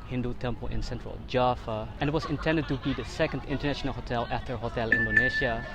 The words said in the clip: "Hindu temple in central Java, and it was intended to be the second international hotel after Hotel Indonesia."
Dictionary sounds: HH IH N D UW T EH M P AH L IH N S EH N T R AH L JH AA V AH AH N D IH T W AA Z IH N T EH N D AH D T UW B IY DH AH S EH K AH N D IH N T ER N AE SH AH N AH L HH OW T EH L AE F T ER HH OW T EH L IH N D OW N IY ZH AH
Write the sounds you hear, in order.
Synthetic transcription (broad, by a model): HH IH N D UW T EH M P AH L IH N S EH N T R AH L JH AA F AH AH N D IH T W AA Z IH N T EH N D AH D T UW B IY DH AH S EH K AH N D IH N T ER N AE SH AH N AH L HH OW T EH L AE F T ER HH OW T EH L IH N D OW N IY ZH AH